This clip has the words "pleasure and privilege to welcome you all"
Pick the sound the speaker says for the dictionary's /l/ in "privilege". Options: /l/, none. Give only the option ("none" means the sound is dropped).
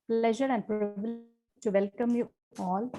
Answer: none